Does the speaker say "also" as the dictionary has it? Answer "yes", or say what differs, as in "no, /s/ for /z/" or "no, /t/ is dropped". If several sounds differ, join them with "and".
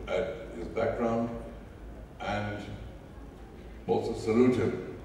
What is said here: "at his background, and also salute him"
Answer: no, /l/ is dropped